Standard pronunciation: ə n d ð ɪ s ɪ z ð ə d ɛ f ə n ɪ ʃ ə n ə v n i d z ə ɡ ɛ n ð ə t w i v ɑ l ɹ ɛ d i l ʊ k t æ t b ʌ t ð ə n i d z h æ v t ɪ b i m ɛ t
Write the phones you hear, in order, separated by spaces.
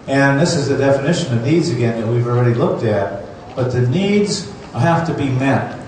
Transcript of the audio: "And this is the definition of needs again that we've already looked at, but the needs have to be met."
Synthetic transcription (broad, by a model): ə n ð ɪ s ɪ z ð ə d ɛ f ə n ɪ ʃ ə n ə v n i d z ə ɡ ɛ n ð ə t w i v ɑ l ɹ ɛ d i l ʊ k t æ t b ʌ t ð ə n i d z h æ f t ɪ b i m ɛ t